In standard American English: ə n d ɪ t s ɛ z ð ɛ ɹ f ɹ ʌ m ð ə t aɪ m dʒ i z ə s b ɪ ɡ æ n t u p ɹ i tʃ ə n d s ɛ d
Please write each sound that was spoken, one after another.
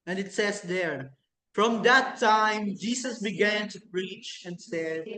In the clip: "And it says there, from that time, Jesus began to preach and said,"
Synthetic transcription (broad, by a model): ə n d ɪ t s ɛ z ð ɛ ɹ f ɹ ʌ m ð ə t aɪ m dʒ i s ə s b ɪ ɡ æ n t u p ɹ i tʃ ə n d s ɛ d